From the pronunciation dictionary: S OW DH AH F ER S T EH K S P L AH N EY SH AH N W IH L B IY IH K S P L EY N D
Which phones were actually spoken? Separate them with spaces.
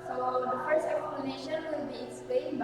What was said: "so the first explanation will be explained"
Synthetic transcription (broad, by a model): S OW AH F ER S EH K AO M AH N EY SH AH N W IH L B IY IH K S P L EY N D